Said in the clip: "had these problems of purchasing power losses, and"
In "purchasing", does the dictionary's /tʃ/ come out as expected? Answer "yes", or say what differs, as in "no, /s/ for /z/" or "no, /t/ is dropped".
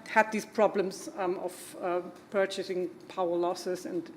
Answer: yes